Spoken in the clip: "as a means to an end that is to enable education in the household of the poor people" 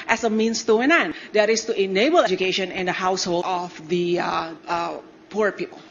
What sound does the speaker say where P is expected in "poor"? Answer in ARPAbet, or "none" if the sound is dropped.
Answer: P